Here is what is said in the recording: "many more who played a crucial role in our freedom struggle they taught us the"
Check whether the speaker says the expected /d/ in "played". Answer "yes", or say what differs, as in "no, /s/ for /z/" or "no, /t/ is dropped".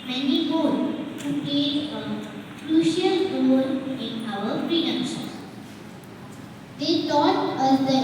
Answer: no, /d/ is dropped